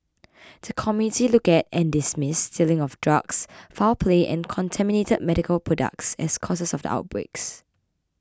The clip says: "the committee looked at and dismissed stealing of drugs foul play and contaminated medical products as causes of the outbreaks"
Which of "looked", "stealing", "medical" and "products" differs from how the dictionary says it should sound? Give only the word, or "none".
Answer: looked